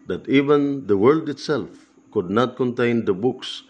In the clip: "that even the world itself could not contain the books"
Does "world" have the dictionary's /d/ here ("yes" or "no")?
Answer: yes